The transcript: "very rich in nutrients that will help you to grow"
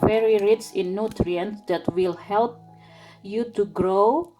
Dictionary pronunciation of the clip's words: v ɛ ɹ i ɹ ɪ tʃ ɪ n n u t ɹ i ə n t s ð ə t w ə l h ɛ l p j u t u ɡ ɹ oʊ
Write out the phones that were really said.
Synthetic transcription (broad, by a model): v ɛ ɹ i ɹ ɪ s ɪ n n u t ɹ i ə n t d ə t w ə l h ɛ l p j u t u ɡ ɹ oʊ